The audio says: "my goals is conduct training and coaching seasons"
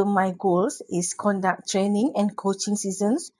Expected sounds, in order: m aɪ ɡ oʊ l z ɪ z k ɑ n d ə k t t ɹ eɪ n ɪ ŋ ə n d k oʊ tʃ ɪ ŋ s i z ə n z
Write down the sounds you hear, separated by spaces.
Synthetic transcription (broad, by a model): m aɪ ɡ oʊ l s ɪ s k ɑ n d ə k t t ɹ eɪ n ɪ ŋ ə n k oʊ tʃ ɪ ŋ s i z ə n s